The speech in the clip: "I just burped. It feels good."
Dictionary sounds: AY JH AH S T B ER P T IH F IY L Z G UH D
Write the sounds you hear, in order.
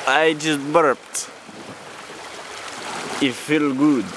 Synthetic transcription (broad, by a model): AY JH AH S T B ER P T IH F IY L G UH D